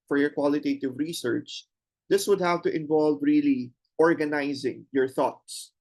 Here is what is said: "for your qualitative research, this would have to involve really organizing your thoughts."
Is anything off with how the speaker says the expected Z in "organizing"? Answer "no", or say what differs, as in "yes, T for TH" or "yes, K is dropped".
no